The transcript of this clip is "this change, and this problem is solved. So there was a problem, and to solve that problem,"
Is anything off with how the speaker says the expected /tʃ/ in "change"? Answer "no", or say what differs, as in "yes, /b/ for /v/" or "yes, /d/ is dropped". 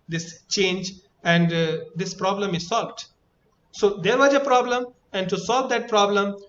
no